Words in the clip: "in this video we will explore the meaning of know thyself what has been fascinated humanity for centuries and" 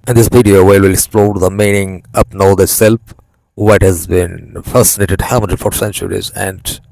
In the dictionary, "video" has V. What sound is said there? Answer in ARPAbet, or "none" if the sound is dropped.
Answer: P